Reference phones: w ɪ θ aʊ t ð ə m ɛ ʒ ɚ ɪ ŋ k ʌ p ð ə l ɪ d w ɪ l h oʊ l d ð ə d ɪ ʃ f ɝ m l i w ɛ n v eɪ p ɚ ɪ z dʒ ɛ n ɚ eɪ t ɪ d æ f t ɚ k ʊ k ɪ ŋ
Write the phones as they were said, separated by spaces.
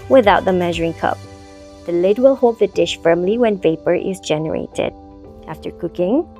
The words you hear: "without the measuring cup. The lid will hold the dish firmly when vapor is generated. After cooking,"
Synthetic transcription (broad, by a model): w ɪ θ aʊ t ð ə m ɛ ʒ ɚ ɪ ŋ k ʌ p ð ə l ɪ d w ɪ l h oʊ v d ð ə d ɪ ʃ f ɝ m l i w ɛ n v eɪ p ɚ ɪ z dʒ ɛ n ɚ eɪ t ɪ d æ f t ɚ k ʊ k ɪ ŋ